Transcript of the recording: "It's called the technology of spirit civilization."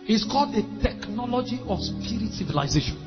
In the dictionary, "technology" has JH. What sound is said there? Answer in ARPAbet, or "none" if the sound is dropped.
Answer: JH